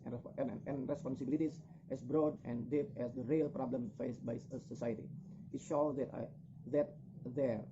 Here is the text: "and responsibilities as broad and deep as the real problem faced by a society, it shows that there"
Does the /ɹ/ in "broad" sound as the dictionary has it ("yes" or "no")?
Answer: yes